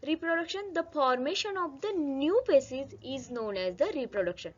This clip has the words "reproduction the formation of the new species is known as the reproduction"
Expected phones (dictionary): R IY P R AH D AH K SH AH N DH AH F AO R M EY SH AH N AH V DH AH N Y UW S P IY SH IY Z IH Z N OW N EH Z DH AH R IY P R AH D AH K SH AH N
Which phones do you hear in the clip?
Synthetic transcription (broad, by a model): R IY P R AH D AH K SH AH N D AH F AO R M EY SH AH N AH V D AH N Y UW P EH S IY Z IH Z N OW N EH Z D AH R IY P R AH D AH K SH AH N